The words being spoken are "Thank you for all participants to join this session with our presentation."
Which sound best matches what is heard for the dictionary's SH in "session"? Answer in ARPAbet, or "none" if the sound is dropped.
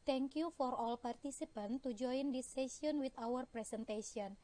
none